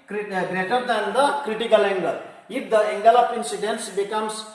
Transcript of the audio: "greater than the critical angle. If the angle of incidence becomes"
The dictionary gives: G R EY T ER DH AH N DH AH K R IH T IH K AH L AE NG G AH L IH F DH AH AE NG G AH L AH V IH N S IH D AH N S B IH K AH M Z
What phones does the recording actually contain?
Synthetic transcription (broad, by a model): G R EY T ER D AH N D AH K R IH T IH K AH L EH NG G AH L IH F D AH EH NG G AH L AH P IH N S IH D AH N S B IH K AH M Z